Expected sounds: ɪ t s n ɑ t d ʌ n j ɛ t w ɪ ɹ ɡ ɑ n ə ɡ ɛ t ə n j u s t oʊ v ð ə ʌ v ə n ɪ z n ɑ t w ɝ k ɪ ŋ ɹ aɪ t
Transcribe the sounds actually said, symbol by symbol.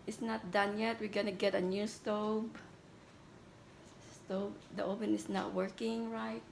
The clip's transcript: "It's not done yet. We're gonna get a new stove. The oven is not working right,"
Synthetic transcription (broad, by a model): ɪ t s n ɑ t d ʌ n j ɛ t w ɪ ɹ ɡ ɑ n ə ɡ ɛ t ə n j u s t oʊ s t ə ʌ p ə n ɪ s n ɑ t w ɝ k ɪ ŋ ɹ aɪ t